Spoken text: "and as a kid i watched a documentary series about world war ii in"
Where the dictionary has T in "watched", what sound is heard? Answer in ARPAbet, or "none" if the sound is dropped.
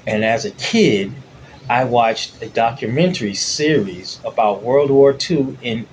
T